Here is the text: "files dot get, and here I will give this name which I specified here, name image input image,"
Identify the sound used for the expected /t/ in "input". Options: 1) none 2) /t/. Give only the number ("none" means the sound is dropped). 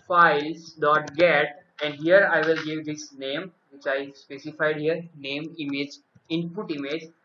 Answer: 2